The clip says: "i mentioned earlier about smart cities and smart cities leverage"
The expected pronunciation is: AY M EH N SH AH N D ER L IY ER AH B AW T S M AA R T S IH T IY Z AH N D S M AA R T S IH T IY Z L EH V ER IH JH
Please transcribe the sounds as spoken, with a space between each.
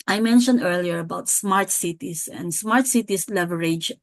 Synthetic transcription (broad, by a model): AY M EH N SH AH N D ER L IY ER AH B AW T S M AA R T S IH T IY S AH N D S M AA R T S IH T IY S L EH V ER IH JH